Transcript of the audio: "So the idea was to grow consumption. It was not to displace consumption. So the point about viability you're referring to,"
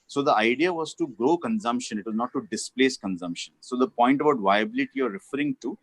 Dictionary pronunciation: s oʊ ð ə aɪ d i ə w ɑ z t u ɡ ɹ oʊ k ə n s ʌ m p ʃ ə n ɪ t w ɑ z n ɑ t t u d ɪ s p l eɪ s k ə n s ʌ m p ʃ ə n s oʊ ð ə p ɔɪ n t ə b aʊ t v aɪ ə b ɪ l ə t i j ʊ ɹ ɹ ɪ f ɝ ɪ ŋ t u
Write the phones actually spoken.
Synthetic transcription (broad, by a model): s oʊ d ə aɪ d i ə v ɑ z t u ɡ ɹ oʊ k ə n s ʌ m p ʃ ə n ɪ t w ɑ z n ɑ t t u d ɪ s p l eɪ s k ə n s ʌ m p ʃ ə n s oʊ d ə p ɔɪ n t ə b aʊ t v aɪ ə b ɪ l ə t i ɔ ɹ ɹ ɪ f ɝ ɪ ŋ t u